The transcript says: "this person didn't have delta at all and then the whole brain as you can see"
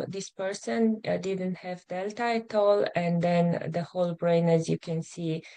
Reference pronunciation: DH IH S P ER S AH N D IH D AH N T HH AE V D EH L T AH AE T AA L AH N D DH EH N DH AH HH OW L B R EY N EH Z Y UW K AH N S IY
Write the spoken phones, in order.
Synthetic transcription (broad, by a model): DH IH S P ER S AH N D IH D AH N T HH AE V D EH L T AH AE T AA L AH N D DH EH N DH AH HH OW L B R EY N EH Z Y UW K AH N S IY